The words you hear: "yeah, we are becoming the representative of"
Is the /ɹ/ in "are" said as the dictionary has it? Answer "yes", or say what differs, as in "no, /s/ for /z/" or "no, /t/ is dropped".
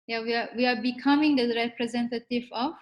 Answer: no, /w/ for /ɹ/